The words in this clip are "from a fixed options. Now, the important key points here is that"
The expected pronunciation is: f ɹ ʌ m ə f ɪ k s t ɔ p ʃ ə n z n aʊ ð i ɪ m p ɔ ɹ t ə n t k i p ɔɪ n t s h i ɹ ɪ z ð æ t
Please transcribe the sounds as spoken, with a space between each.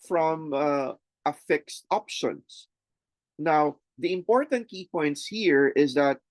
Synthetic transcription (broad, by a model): f ɹ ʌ m ə f ɪ k s t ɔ p ʃ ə n s n aʊ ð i ɪ m p ɔ ɹ t ə n t k i p ɔɪ n t s h i ɹ ɪ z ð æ t